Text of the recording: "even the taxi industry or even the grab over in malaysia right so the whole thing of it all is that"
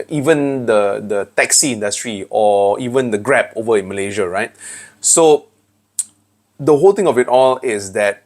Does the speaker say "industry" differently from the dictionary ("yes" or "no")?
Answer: no